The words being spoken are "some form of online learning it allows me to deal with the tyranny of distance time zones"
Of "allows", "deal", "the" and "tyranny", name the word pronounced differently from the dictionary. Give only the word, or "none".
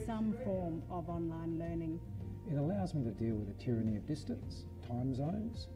none